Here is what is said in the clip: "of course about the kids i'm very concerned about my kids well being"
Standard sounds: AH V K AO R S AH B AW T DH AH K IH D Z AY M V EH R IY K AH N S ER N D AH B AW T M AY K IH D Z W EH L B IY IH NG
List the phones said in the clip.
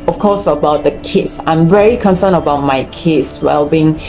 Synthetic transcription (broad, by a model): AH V K AO S AH B AW T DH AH K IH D S AY M V EH R IY K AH N S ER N AH B AW T M AY K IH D S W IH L B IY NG